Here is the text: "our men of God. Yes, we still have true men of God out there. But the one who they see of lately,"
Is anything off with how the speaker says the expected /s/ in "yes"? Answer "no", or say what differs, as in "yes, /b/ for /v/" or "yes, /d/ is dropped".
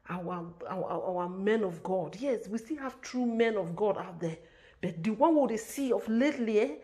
no